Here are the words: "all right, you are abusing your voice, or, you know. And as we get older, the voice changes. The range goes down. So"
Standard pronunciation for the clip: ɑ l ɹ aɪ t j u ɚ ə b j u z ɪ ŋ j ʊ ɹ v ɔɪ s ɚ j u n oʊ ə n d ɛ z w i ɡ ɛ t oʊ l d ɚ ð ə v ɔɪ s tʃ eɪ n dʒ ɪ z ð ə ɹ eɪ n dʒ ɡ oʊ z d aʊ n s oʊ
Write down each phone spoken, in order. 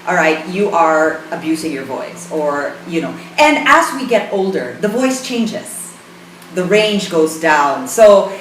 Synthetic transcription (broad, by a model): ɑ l ɹ aɪ t j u ɚ ə b j u z ɪ ŋ j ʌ ɹ v ɔɪ s ɚ j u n oʊ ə n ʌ z w i ɡ ɛ t oʊ l d ɚ ð ə v ɔɪ s tʃ eɪ n dʒ ɪ z ð ə ɹ eɪ n dʒ ɡ oʊ z d aʊ n s oʊ